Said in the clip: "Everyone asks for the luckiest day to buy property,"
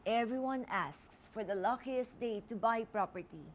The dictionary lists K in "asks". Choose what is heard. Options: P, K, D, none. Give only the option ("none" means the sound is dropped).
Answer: K